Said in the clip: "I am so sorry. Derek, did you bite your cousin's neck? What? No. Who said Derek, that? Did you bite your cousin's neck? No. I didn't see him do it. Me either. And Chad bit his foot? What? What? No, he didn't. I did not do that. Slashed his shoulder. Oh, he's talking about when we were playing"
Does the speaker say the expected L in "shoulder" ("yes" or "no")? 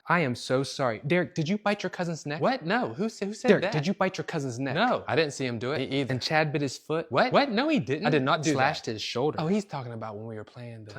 yes